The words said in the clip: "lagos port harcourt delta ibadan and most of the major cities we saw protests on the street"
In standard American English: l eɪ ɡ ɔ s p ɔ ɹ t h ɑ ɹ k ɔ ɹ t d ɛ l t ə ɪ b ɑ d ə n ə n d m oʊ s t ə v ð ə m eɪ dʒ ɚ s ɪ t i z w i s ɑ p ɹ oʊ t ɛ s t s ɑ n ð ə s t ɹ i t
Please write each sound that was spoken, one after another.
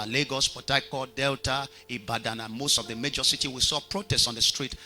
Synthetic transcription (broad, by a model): l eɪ ɡ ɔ s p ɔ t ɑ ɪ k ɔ d ɛ l t ə ɪ b ɑ d ə n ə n m oʊ s t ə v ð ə m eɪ dʒ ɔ s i t i w i s ɑ p ɹ oʊ t ɛ s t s ɑ n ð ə s t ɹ i t